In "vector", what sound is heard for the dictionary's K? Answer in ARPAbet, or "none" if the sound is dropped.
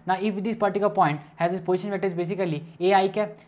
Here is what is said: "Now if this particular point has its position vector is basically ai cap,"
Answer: none